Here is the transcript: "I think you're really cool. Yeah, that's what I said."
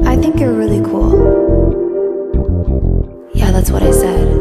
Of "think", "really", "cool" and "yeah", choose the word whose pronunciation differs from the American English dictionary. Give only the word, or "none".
none